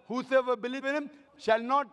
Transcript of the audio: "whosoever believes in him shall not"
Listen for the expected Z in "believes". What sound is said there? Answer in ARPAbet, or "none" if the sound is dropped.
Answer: none